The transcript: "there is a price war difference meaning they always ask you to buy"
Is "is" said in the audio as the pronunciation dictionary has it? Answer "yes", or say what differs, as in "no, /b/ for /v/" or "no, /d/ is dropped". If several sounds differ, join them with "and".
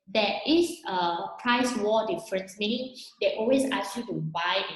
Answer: no, /s/ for /z/